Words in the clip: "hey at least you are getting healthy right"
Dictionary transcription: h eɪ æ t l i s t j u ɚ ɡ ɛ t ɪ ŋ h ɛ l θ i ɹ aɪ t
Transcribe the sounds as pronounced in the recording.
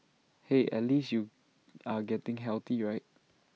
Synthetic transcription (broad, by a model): h eɪ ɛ t l i s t j u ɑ ɡ ɛ t ɪ ŋ h ɛ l t i ɹ aɪ t